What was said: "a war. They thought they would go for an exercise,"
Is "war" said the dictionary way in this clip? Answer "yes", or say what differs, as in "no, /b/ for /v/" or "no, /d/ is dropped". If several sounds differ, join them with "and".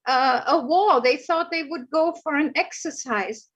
no, /l/ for /ɹ/